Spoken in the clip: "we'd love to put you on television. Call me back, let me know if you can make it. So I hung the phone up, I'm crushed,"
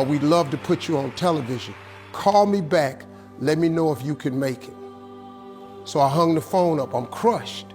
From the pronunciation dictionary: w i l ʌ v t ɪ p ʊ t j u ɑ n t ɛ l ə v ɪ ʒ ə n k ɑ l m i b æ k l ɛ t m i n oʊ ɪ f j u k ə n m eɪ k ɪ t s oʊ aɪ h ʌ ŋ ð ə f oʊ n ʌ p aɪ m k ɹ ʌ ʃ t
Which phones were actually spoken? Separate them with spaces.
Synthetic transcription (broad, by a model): w i l ʌ v t ɪ p ʊ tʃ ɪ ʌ n t ɛ l ə v ɪ ʒ ə n k ɑ l m i b æ k l ɛ t m i n oʊ ɪ f j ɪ k ə n m eɪ k ɪ t s oʊ aɪ h ʌ ŋ ð ə f oʊ n ʌ p aɪ m k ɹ ʌ ʃ t